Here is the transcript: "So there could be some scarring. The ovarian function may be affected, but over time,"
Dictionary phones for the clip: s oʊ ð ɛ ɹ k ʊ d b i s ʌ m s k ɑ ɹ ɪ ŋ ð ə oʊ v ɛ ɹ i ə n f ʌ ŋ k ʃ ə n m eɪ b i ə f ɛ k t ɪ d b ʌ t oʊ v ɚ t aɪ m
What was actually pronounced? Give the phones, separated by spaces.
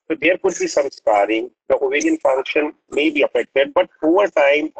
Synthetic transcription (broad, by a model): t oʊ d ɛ ɹ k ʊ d b i s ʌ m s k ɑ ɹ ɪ ŋ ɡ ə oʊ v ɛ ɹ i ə n f ʌ ŋ k ʃ ə n m eɪ b i ə f ɛ k t ɪ d b ʌ t oʊ v ɚ t aɪ m